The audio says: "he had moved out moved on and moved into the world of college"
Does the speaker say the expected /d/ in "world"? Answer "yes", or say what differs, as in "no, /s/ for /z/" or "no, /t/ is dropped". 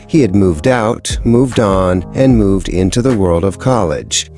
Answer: yes